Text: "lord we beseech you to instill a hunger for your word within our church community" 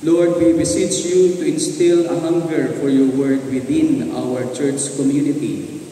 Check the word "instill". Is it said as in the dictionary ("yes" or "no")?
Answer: yes